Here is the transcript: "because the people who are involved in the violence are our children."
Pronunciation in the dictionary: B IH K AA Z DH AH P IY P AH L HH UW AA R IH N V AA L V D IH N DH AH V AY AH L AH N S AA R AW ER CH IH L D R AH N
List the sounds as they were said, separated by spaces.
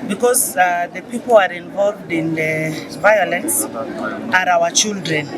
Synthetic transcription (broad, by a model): B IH K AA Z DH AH P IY P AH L AA R IH N V AA L V D IH N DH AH V AY AH L AH N S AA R AW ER CH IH L D R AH N